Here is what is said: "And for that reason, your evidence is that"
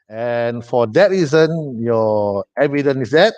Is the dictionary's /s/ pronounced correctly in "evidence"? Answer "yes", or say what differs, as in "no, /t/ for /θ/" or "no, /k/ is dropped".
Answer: no, /s/ is dropped